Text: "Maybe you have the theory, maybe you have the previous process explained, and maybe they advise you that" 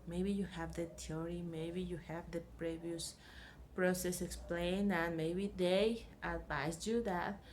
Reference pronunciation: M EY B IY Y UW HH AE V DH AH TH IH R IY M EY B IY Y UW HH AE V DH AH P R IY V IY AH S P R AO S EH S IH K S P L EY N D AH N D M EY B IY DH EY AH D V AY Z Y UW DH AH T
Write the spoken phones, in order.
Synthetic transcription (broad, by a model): M EY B IY Y UW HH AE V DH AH T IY R IY M EY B IY Y UW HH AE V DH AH P R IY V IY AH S P R AO S EH S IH K S P L EY N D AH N M EY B IY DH EY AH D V AY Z Y UW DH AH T